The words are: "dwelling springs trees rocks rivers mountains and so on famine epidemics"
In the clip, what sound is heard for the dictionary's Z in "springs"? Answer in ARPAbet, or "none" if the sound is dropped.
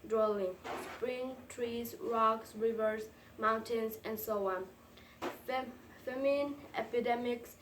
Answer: none